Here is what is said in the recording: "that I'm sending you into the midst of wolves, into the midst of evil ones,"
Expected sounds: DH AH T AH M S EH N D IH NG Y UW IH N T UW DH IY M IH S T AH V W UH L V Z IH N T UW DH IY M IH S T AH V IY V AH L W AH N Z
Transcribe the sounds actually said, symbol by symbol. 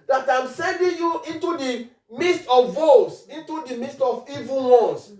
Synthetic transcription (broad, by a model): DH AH T AH M S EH N D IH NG Y UW IH N T UW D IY M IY S T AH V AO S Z IH N T UW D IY M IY S T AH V IY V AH N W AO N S